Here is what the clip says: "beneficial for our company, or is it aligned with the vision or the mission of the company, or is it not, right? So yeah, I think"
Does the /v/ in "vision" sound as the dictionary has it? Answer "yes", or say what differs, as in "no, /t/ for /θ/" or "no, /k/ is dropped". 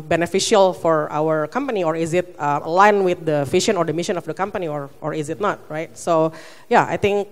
no, /f/ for /v/